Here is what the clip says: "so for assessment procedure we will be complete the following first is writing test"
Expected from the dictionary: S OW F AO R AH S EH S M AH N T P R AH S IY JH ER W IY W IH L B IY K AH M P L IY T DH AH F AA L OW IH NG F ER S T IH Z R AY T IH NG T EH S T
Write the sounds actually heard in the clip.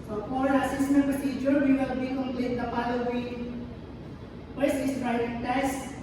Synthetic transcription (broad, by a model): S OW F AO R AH S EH S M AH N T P R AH S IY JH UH W IY W IH L B IY K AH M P L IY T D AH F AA L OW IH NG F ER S IH S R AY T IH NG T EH S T